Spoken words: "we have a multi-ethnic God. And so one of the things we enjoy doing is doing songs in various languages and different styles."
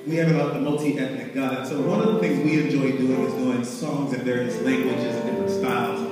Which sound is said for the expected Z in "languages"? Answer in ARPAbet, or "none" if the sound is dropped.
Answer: Z